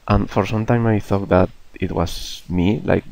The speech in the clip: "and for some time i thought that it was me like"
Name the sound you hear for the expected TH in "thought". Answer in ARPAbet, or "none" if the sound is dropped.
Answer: TH